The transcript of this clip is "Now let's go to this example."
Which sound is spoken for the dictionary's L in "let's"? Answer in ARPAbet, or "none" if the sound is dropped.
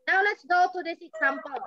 L